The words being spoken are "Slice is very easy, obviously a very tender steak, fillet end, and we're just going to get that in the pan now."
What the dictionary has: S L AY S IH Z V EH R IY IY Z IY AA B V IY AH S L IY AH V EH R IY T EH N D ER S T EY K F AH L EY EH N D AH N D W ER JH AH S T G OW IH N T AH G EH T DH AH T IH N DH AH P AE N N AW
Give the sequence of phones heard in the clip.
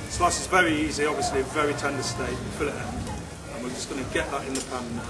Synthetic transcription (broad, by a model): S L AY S IH Z V EH R IY IY Z IY AA B V IY AH S L IY AH V EH R IY T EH N D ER S T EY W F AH L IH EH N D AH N W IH JH AH S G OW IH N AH G EH T DH AH T IH N DH AH P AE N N